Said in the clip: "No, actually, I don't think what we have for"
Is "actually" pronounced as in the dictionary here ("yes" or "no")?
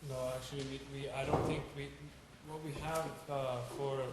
no